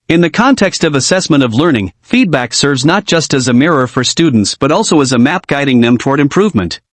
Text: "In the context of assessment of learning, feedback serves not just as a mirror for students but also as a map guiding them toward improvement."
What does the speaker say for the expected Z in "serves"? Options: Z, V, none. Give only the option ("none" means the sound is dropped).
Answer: Z